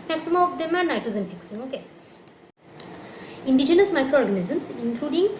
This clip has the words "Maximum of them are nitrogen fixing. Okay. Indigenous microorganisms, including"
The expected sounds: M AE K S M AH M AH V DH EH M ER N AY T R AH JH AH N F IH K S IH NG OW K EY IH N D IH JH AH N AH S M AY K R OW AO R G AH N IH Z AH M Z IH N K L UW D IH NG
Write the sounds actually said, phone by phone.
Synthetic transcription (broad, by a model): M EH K S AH M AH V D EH M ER N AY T AH Z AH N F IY K S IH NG OW K EY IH N D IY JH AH N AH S M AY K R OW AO R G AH N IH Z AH M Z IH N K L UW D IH NG